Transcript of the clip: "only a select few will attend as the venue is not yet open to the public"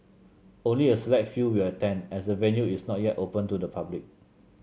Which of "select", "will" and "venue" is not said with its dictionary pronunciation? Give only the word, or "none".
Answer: select